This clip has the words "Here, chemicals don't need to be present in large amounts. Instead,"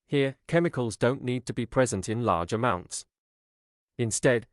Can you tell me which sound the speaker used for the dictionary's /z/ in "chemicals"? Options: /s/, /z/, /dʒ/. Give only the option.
/z/